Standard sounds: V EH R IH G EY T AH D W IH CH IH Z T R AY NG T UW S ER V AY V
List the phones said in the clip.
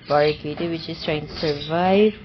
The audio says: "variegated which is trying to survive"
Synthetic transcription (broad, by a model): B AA R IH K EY T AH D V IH CH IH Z T R AY NG T UW S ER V AY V